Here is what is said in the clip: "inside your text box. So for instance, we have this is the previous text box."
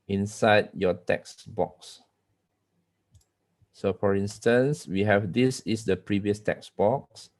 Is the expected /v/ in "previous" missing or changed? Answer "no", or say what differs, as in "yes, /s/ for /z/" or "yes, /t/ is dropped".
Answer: no